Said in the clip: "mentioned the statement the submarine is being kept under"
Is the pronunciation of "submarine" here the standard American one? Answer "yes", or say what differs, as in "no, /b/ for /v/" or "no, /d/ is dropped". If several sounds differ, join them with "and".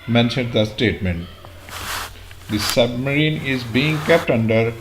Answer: yes